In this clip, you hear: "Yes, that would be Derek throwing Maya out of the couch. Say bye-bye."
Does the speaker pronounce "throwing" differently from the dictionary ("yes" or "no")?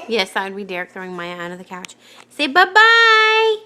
no